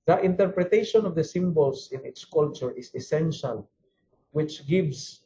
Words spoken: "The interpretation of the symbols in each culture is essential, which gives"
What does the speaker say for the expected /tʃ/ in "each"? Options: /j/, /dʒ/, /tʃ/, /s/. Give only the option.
/s/